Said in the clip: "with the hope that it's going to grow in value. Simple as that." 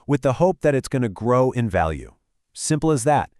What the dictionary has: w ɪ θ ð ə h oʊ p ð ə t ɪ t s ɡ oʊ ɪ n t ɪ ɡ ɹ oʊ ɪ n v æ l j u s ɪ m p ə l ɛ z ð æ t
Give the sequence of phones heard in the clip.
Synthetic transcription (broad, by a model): w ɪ ð ə h oʊ p ð ə t ɪ t s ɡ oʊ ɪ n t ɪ ɡ ɹ oʊ ɪ n v æ l j u s ɪ m p l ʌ z ð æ t